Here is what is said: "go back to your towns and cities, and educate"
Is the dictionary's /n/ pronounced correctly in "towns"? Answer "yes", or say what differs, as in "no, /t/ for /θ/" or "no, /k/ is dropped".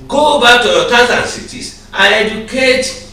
no, /n/ is dropped